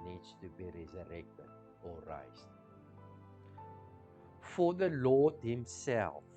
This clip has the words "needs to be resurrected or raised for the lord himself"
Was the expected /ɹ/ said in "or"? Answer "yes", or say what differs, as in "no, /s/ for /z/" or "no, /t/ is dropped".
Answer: yes